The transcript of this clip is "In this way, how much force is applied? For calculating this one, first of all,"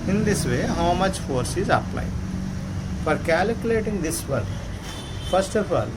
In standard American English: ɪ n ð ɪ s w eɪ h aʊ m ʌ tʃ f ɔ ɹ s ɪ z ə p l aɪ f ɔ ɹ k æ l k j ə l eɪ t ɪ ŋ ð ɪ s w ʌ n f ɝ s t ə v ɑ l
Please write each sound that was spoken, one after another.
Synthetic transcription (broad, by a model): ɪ n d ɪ s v eɪ h aʊ m ʌ tʃ f ɔ ɹ s ɪ z ə p l aɪ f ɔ ɹ k æ l k j ə l eɪ t ɪ ŋ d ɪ s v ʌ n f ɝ s t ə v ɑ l